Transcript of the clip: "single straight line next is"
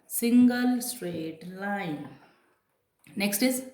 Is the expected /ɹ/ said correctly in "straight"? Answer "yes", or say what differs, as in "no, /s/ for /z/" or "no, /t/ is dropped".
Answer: yes